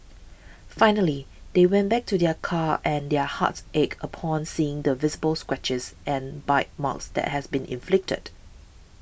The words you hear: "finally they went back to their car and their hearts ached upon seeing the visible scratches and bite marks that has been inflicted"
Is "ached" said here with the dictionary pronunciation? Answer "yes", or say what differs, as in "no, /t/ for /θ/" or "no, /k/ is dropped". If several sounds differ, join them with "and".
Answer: no, /t/ is dropped